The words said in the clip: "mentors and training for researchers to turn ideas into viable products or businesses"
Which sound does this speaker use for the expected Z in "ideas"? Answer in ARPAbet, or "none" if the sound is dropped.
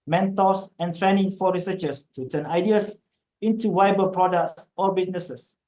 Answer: S